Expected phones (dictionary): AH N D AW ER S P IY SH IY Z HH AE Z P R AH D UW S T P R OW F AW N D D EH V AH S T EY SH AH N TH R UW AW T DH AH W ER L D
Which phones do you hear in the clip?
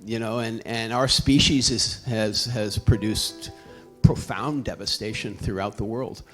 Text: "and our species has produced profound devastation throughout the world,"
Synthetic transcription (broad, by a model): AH N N AW ER S P IY SH IY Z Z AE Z P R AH D UW S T P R OW F AW N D D EH V AH S T EY SH AH N TH R UW AW T DH AH W ER L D